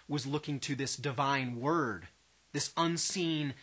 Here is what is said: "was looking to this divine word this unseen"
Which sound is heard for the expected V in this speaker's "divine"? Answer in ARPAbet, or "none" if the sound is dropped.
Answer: V